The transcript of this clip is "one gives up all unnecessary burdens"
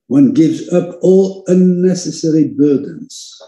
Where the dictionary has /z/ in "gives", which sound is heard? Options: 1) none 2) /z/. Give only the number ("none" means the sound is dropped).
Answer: 2